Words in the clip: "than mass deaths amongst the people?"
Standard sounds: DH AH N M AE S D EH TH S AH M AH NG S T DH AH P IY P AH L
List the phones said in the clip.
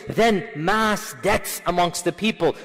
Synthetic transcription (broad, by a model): DH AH N M AE S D EH T S AH M AH NG S T DH AH P IY P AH L